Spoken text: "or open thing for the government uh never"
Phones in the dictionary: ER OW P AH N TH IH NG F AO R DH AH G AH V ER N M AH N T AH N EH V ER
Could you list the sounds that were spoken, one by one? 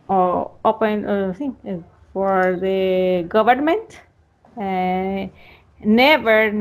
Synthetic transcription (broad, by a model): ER OW P AH N S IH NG F AO R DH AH G AH V ER N M AH N T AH N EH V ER